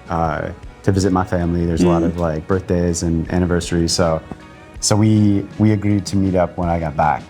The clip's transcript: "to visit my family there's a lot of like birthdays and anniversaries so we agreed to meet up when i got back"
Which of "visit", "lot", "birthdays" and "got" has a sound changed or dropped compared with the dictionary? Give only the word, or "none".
none